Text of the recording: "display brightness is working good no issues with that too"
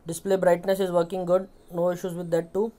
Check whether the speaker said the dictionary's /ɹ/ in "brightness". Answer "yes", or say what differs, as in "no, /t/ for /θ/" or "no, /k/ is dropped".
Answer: yes